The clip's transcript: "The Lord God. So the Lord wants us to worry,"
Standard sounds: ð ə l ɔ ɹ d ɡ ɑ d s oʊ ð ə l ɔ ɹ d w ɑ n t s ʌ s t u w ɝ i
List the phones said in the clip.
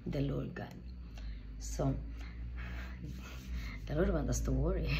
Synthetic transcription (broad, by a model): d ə l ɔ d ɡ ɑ s oʊ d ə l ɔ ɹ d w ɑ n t ʌ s t u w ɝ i